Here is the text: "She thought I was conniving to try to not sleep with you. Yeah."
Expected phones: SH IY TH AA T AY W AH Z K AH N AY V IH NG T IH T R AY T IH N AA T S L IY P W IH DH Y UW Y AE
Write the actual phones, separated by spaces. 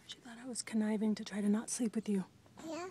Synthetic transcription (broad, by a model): SH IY TH AA T AY W AH Z K AH N AY V IH NG T IH T R AY T IH N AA T S L IY P W IH DH Y UW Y